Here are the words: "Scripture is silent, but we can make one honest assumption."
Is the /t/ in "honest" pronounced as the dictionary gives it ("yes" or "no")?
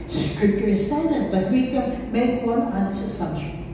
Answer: no